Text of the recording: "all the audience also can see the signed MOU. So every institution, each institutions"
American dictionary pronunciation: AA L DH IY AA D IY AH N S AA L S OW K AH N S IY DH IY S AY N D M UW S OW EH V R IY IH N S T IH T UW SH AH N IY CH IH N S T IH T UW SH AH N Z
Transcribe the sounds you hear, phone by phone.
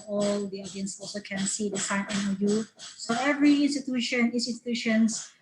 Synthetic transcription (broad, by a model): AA L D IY AA D IY AH N S AA L S OW K AH N S IY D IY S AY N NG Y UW S OW EH V R IY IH N S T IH T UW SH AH N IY S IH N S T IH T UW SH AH N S